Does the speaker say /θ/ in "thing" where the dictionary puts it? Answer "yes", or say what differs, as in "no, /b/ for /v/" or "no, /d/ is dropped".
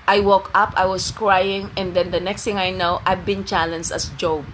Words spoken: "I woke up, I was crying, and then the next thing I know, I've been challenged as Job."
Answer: no, /t/ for /θ/